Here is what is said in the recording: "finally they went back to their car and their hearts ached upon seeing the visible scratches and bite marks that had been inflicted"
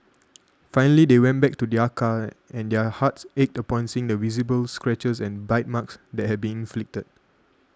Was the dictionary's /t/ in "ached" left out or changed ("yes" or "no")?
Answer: no